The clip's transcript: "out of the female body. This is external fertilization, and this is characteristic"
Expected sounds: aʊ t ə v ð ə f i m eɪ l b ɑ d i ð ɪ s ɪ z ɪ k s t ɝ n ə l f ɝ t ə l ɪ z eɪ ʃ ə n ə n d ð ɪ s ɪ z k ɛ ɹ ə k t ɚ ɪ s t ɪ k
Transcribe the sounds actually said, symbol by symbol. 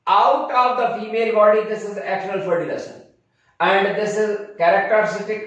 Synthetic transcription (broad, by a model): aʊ t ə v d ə f i m eɪ l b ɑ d i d ɪ s ɪ z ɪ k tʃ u ə l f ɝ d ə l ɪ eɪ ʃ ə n ə n d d ɪ s ɪ z k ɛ ɹ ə k t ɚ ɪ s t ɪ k